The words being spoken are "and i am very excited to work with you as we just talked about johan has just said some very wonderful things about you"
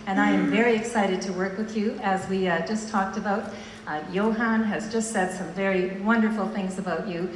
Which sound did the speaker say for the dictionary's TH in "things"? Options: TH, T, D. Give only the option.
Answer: TH